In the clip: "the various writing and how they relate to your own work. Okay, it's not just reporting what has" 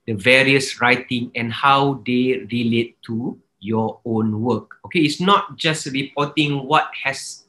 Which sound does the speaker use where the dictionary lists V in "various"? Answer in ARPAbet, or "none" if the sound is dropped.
V